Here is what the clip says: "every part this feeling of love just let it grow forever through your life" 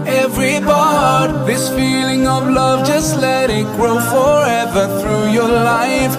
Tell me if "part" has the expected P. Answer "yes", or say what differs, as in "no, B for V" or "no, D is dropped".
no, B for P